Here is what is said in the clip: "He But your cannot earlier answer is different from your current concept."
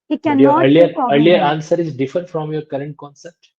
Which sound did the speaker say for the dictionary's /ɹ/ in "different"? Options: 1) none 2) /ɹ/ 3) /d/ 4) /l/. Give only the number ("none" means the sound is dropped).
1